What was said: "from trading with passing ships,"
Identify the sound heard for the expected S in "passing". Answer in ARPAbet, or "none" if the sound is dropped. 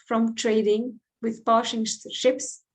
SH